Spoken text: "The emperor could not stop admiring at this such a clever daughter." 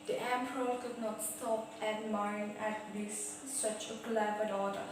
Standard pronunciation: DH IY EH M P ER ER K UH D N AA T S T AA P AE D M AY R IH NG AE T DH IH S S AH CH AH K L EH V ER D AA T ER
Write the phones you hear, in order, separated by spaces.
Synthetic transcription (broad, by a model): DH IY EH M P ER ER K UH D N AA T S T AA P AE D M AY IH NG AE T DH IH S S AH CH AH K L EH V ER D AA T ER